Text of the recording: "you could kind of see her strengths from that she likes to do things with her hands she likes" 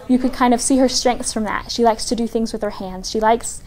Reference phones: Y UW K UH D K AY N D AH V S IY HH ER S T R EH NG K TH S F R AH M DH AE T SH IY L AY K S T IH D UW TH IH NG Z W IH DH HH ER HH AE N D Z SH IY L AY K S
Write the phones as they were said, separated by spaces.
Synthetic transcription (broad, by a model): Y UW K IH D K AY N D AH V S IY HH ER S T R EH NG K TH S F R AH M DH AE T SH IY L AY K S T IH D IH TH IH NG Z W IH DH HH ER HH AE N D Z SH IY L AY K S